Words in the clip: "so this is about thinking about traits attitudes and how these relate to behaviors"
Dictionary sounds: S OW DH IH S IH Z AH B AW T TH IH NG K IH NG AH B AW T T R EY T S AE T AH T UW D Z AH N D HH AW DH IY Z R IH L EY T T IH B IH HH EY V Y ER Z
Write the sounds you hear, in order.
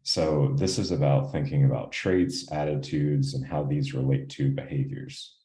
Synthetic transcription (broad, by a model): S OW DH IH S IH Z AH B AW T TH IH NG K IH NG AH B AW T T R EY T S AE T AH T UW D Z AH N HH AW DH IY Z R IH L EY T T IH B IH HH EY V Y ER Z